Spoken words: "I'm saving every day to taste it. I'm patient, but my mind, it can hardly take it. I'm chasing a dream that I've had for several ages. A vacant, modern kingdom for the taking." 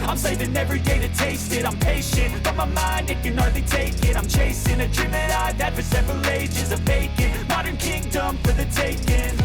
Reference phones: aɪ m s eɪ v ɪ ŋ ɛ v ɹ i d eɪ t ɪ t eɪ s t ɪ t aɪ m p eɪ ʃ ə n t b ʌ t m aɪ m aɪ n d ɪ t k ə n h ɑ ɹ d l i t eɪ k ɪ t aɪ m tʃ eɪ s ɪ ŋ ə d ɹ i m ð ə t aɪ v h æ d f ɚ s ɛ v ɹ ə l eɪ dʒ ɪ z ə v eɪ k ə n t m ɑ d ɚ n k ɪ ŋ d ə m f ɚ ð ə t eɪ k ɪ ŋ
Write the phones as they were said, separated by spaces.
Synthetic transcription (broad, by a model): aɪ m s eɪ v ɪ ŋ ɛ v ɹ i d eɪ t ɪ t eɪ s t ɪ t aɪ m p eɪ ʃ ə n t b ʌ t m aɪ m aɪ n d ɪ t k ə n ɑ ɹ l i t eɪ k ɪ t aɪ m tʃ eɪ s ɪ ŋ ə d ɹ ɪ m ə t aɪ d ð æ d f ɚ s ɛ v ɹ ə l eɪ dʒ ɪ z ə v eɪ k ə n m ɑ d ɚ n k ɪ ŋ d ə m f ɚ ð ə t eɪ k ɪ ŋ